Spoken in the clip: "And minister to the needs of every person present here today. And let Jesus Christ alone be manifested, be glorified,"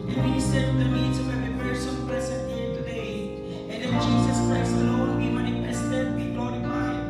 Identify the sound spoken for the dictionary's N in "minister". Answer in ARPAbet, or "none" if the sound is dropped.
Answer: none